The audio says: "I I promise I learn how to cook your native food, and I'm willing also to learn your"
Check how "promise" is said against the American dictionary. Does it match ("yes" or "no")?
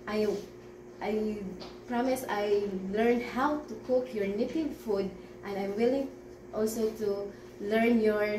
yes